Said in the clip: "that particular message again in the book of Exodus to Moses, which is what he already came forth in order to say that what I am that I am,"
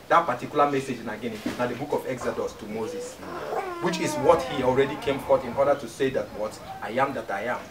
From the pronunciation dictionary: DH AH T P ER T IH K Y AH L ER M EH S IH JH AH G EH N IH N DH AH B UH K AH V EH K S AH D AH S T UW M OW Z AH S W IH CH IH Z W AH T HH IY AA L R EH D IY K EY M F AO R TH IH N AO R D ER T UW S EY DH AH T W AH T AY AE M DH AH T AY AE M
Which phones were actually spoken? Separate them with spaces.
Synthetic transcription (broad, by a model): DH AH T P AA T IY K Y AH L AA M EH S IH JH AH G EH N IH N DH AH B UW K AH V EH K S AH D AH S T UW M OW Z AH S W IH CH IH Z W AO T HH IY AA L R EH D IY K EY M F AO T IH N AO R D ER T UW S EY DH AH T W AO T AY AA M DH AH T AY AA M